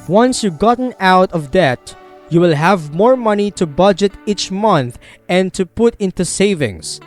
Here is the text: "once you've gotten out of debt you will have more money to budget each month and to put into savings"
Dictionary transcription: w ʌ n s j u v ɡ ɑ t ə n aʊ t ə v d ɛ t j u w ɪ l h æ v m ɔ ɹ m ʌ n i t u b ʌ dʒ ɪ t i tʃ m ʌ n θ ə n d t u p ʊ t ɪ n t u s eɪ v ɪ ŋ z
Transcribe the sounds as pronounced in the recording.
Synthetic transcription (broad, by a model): w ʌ n s j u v ɡ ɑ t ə n aʊ t ə v d ɛ t j u w ɪ l h æ v m ɔ ɹ m ʌ n i t u b ʌ dʒ ɪ t i tʃ m ʌ n θ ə n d t u p ʊ t ɪ n t u s eɪ v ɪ ŋ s